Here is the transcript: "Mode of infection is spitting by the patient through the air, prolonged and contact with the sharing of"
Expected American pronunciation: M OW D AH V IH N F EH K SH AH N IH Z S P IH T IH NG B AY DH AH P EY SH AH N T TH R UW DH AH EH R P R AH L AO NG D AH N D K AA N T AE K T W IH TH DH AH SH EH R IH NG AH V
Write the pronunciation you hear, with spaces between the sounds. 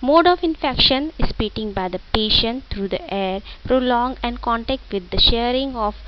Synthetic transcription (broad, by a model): M OW D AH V IH N F EH K SH AH N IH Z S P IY T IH NG B AY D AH P EY SH AH N T T R UW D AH EH R P R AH L AO NG AH N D K AA N T AE K T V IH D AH SH EH R IH NG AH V